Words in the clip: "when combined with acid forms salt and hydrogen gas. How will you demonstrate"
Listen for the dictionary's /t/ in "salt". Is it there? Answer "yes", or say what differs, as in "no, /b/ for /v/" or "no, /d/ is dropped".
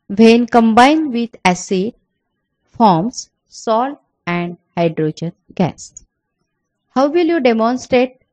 no, /t/ is dropped